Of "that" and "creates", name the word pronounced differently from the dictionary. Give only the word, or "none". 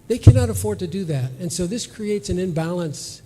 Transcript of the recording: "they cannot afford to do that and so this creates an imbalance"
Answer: none